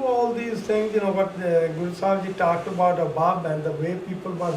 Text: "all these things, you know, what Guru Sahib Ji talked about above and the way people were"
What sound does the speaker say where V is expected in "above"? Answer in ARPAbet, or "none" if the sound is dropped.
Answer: B